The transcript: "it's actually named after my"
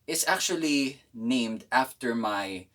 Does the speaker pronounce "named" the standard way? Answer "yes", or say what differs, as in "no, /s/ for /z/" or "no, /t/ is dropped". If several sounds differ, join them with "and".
yes